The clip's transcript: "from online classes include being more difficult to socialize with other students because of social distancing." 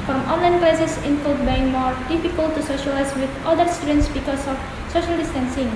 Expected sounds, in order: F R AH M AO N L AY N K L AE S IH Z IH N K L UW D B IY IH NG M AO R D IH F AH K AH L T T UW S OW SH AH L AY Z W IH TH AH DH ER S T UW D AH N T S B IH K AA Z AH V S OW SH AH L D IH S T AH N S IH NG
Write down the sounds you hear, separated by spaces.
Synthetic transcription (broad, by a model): F R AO M AO N L AY N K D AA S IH S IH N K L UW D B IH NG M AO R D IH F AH K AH L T T UW S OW SH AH L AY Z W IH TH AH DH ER S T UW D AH N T S B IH K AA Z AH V S OW SH AH L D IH S T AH N S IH NG